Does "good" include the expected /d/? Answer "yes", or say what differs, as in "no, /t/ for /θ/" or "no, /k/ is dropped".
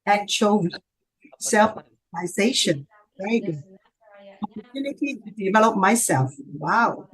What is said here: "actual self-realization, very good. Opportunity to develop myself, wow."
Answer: no, /d/ is dropped